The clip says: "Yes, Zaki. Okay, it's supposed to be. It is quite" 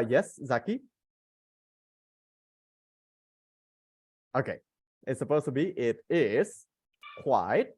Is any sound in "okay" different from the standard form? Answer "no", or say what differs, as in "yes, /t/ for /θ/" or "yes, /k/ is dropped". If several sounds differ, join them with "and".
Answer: no